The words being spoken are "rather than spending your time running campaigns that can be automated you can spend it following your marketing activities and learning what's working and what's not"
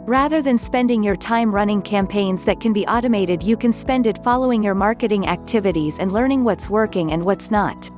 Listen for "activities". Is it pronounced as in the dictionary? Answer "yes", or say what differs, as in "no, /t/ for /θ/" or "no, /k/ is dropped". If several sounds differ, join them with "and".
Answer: yes